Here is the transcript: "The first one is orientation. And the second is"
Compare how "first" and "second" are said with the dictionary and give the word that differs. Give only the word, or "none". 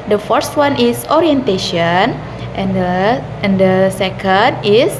none